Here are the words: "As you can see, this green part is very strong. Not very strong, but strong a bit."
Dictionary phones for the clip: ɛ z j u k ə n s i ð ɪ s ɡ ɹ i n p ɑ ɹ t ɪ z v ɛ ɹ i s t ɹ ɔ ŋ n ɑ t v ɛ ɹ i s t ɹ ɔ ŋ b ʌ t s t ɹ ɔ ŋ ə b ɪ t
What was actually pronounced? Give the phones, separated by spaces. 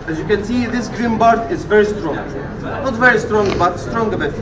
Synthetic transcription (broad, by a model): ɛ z j u k ə n s i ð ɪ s ɡ ɹ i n b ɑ ɹ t ɪ z v ɛ ɹ i s t ɹ ɔ ŋ n ɑ t v ɛ ɹ i s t ɹ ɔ ŋ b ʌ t s t ɹ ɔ ŋ ə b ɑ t